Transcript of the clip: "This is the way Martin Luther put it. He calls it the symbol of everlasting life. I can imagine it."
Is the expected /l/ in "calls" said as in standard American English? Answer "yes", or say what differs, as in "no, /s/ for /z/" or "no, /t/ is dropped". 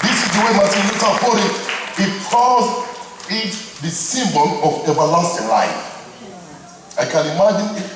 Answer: no, /l/ is dropped